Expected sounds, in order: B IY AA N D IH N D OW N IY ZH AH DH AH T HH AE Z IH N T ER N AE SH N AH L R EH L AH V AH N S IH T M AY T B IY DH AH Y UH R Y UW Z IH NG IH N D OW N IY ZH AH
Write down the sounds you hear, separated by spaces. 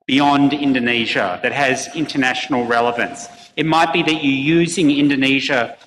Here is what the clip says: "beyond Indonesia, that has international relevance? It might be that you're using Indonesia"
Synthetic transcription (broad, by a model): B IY AA N D IH N D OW N IY ZH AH DH AH T HH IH Z IH N T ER N AE SH N L R EH L AH V AH N S IH T M AY T B IY DH AH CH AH R Y UW Z IH NG IH N D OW N IY ZH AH